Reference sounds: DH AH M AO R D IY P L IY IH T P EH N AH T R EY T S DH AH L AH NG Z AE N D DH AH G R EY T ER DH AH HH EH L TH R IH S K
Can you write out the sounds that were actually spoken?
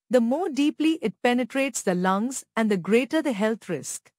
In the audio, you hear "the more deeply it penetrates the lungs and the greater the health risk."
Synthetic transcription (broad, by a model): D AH M AO R D IY P L IY IH T P EH N AH T R EY T S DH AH L AH NG Z AE N D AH G R EY T ER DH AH HH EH L T R IH S K